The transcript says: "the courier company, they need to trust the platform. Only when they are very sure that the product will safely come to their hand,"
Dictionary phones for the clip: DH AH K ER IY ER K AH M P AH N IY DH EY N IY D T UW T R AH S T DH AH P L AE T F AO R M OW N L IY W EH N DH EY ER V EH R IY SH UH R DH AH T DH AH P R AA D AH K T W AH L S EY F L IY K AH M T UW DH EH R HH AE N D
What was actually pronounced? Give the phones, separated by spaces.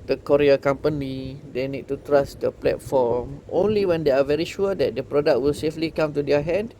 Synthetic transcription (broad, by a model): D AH K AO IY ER K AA M P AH N IY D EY N IY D T UW T R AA S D AH P L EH T F AO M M OW N L IY W EH N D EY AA V EH R IY SH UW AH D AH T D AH P R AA D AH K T W AH L S EY F L IY K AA M T UW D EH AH HH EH N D